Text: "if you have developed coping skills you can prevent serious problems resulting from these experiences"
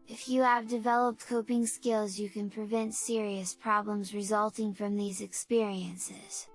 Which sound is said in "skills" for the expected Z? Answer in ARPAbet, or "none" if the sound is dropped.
Z